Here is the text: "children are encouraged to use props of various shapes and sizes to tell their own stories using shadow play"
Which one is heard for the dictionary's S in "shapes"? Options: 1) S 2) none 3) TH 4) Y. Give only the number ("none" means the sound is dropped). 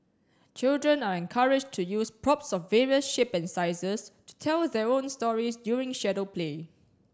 2